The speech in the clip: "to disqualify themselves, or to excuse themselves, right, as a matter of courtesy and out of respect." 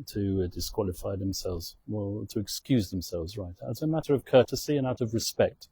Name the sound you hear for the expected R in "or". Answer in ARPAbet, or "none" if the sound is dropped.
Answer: L